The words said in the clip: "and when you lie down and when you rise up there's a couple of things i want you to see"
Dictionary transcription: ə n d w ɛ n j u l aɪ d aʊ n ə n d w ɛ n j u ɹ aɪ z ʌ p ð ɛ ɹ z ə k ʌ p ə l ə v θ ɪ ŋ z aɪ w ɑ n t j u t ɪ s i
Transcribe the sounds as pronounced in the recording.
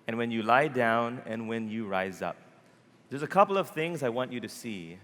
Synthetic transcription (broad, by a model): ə n w ɛ n j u l aɪ d aʊ n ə n w ɛ n j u ɹ aɪ z ʌ p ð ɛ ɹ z ə k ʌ p l ə v θ ɪ ŋ z aɪ w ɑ n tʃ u t ɪ s i